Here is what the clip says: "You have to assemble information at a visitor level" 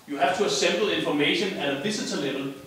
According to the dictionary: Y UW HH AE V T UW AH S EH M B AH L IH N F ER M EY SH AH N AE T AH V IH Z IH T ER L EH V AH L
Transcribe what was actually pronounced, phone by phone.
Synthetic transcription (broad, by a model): Y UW HH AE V T UW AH S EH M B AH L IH N F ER M EY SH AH N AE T AH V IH S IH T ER L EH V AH L